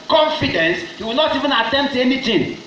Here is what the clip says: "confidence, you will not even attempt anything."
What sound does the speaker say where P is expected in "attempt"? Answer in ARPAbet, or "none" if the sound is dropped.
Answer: none